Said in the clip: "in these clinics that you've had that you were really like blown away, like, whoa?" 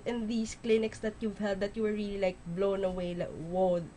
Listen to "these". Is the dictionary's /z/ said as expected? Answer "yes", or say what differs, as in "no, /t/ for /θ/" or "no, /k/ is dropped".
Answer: no, /s/ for /z/